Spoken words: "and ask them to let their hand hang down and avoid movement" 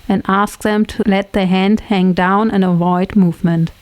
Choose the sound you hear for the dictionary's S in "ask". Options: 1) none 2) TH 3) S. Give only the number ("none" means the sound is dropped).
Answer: 3